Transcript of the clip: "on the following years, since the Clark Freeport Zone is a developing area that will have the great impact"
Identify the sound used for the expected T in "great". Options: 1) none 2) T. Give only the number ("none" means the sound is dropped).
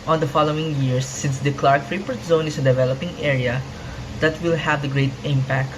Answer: 2